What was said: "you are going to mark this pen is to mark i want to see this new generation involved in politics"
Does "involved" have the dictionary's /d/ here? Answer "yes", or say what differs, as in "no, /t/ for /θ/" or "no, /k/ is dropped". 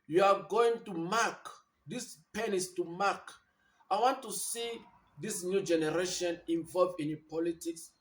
no, /d/ is dropped